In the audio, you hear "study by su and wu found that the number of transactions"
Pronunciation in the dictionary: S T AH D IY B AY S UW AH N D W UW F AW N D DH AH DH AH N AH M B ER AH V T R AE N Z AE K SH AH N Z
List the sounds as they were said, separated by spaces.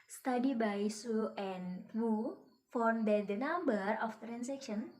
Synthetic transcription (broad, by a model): S T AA D IY B AY S UW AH N W UW F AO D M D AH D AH N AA M B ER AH F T R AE N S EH K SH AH N